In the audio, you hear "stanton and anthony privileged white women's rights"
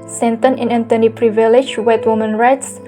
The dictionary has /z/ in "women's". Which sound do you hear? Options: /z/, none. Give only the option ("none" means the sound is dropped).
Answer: none